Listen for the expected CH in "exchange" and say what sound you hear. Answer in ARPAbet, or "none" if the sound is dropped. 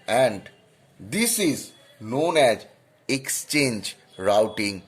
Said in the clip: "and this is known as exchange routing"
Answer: CH